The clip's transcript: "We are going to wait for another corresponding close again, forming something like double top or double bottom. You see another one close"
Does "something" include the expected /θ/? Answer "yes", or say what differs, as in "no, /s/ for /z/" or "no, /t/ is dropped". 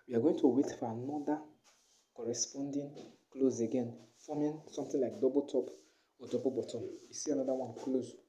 no, /t/ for /θ/